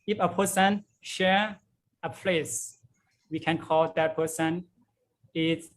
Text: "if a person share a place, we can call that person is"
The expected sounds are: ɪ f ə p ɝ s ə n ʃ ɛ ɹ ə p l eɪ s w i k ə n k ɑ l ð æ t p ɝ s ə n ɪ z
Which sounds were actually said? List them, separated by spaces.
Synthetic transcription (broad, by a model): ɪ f ə p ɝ s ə n ʃ ɛ ɹ ə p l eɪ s w i k ə n k ɑ l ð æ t p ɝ s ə n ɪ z